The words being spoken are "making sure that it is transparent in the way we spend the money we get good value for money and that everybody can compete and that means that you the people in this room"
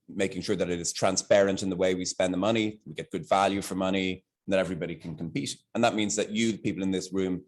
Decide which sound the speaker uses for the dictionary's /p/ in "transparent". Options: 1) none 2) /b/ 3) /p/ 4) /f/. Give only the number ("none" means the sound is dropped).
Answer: 3